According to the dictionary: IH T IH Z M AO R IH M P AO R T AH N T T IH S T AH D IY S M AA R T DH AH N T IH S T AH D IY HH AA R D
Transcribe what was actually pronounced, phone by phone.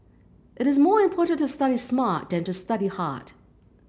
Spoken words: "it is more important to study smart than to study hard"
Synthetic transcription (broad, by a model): IH T IH Z M AO R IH M P AO R T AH N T T IH S T AH D IY S M AA R T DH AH N T IH S T AH D IY HH AA R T